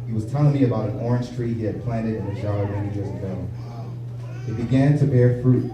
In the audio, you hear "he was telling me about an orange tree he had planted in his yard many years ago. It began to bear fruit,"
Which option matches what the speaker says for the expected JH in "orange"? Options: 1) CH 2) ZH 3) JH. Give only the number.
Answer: 2